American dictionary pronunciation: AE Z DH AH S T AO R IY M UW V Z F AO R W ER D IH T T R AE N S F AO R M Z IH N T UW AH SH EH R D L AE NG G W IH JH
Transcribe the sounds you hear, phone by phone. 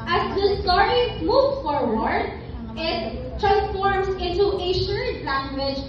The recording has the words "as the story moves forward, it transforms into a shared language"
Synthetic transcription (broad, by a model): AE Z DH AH S T AO R IY M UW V F AO R W ER D IH T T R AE N S F AO R M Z IH N T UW AH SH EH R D L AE NG G W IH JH